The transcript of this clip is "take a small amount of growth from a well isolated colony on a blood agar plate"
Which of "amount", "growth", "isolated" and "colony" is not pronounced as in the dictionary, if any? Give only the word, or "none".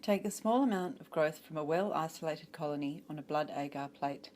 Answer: none